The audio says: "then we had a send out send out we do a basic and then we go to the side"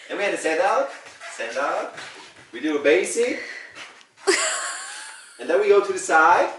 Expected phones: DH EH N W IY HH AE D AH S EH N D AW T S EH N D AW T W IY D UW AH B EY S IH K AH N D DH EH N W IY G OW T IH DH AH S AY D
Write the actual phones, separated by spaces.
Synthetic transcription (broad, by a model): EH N W IY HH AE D AH S EH N D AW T S EH N D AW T W IY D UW AH B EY S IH AH N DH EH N W IY G OW T IH DH AH S AY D